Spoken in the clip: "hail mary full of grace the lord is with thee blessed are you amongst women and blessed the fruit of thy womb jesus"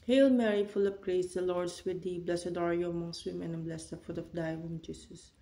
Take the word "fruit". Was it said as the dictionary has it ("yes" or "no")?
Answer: no